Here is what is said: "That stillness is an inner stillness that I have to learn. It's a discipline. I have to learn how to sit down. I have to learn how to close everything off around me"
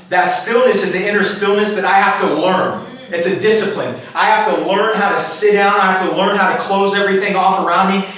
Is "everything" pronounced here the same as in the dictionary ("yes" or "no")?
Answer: yes